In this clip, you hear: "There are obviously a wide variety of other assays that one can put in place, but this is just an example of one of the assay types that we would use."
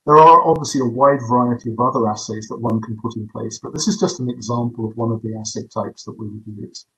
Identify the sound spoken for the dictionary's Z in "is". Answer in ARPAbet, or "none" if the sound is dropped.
Z